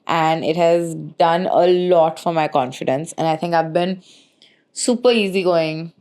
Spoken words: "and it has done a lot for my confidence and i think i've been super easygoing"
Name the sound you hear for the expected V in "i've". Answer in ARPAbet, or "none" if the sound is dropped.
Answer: V